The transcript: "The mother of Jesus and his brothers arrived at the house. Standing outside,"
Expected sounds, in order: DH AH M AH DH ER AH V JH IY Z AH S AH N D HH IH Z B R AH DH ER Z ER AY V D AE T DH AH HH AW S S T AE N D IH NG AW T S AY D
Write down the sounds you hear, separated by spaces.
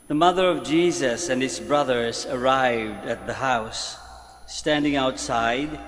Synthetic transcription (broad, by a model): DH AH M AH DH ER AH V JH IY Z AH S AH N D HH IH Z B R AH DH ER Z ER AY V D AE T DH AH HH AW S S T AE N D IH NG AW T S AY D